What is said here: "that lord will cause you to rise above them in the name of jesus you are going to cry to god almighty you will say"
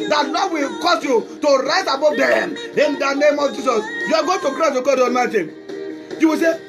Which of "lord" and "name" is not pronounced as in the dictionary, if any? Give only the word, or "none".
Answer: lord